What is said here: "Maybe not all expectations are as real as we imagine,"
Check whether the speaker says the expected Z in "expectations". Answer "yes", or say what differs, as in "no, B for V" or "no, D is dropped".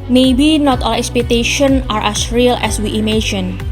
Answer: no, Z is dropped